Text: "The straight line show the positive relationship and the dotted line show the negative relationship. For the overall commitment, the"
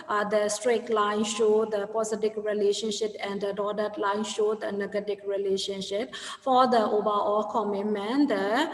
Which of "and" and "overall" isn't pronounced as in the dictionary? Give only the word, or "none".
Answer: overall